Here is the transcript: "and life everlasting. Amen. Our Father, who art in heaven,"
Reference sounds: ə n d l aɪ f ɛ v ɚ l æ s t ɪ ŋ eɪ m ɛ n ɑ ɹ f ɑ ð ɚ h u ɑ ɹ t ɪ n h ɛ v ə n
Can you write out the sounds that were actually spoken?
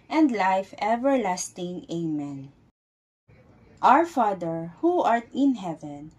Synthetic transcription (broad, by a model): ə n d l aɪ f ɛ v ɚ l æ s t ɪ ŋ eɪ m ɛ n ɑ ɹ f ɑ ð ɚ h u ɑ ɹ t ɪ n h ɛ v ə n